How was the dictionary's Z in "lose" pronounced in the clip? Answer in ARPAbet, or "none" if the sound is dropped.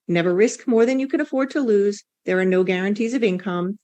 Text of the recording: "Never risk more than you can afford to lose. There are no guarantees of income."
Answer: Z